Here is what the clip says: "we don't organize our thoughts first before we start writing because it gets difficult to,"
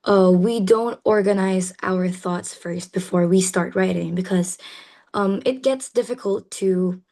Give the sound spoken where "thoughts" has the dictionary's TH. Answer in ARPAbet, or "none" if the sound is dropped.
TH